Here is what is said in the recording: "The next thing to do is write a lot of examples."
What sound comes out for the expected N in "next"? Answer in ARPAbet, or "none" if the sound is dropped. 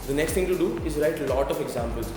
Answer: N